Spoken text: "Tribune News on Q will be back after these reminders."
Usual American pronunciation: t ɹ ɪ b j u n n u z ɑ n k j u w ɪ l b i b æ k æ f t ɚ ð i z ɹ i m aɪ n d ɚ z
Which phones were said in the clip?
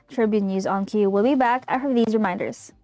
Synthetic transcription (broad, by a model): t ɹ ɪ b j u n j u z ɑ n k j u w ɪ l b i b æ k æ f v ð i z ɹ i m aɪ n d ɚ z